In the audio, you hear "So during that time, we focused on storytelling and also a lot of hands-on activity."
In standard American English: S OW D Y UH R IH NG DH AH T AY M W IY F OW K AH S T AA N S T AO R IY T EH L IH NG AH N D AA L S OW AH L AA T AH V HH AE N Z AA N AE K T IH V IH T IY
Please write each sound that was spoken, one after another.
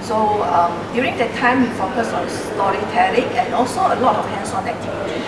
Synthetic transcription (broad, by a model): S OW D Y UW R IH NG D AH T AY M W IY F OW K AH S AA N S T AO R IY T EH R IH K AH N AA L S OW AH L AA T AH F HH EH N S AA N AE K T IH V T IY